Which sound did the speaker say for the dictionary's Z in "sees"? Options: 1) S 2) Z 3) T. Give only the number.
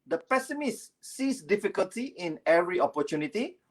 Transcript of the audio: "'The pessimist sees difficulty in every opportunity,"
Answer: 1